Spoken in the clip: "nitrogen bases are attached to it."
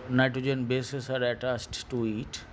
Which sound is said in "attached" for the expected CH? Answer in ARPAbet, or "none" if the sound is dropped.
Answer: S